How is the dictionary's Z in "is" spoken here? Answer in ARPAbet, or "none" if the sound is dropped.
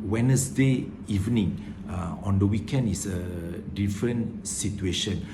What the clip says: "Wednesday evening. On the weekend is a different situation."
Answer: S